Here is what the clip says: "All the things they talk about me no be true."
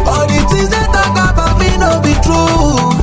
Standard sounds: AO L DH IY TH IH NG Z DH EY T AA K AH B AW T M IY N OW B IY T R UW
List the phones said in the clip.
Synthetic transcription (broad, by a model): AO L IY T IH Z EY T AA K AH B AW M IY N OW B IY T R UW